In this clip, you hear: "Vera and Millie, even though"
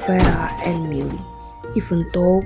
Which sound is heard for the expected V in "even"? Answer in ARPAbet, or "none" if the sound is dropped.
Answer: F